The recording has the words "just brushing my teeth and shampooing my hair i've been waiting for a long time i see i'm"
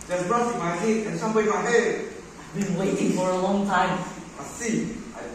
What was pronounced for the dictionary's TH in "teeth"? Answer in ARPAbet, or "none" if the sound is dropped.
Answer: T